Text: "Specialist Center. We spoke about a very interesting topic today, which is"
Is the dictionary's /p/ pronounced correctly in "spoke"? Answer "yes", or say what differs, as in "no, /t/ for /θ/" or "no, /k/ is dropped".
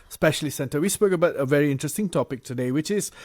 no, /b/ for /p/